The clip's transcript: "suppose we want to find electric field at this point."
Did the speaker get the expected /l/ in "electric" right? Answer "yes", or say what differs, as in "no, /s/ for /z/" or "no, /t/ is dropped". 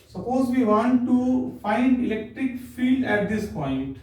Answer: yes